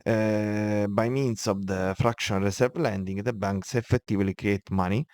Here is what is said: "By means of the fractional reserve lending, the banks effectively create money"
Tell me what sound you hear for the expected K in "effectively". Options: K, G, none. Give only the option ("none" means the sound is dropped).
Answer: none